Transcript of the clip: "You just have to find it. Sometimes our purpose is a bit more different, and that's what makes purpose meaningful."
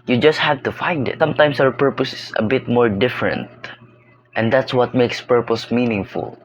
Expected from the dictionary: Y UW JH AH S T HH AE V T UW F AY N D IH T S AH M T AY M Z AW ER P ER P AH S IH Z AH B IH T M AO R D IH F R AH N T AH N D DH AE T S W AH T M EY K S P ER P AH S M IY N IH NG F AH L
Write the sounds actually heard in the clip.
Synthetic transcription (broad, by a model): Y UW JH AH S T HH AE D T UW F AY N D IH T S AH M T AY M S AW ER P ER P AH S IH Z AH B IH T M AO R D IH F R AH N T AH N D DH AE T S W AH T M EY K S P ER P AH S M IY N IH NG F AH L